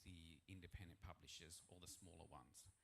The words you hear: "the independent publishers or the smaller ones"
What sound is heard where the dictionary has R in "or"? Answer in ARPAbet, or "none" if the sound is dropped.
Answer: L